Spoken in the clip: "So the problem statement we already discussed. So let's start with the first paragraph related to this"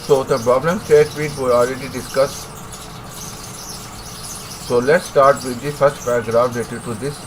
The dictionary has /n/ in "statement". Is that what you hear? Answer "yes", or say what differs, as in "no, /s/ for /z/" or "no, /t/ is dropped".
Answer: no, /n/ is dropped